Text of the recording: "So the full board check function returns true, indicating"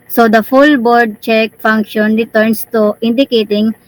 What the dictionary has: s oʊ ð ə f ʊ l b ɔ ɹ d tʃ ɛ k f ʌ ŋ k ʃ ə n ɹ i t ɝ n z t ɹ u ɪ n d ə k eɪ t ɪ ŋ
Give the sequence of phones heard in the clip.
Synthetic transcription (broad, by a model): s oʊ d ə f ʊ l b ɔ ɹ d tʃ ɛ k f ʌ ŋ k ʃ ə n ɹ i t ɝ n s t u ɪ n d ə k eɪ t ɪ ŋ